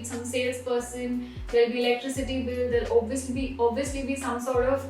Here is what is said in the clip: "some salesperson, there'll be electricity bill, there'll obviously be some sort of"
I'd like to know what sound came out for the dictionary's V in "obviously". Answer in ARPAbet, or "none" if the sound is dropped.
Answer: B